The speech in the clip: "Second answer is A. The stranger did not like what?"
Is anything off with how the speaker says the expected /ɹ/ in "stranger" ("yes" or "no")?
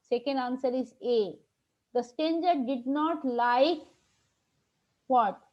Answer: yes